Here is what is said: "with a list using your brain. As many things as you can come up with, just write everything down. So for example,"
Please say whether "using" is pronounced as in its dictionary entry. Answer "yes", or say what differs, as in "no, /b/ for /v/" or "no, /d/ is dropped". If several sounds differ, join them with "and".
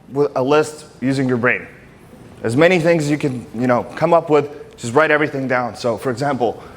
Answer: yes